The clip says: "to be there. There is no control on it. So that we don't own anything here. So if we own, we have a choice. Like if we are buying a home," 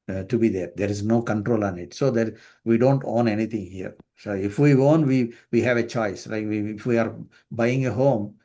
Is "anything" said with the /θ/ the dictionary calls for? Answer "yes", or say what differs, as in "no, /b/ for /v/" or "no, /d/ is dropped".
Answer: no, /t/ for /θ/